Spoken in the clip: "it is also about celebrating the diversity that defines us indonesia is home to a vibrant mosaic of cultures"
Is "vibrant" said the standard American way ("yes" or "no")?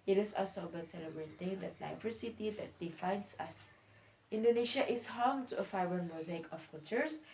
no